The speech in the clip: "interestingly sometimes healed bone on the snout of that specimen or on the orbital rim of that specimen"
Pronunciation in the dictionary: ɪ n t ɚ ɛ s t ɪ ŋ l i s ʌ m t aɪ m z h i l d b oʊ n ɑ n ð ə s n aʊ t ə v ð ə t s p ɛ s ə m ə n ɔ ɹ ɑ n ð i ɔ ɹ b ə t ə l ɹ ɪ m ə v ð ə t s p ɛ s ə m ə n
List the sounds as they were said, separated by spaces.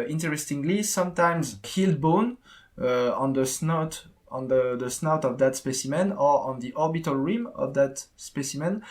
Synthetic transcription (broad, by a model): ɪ n t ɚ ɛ s t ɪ ŋ l i s ʌ m t aɪ m z h i l d b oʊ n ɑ n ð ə s n aʊ t ə v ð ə t s p ɛ s ə m ə n ɔ ɹ ɑ n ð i ɔ ɹ b ə t ə l ɹ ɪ m ə v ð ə t s p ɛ s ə m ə n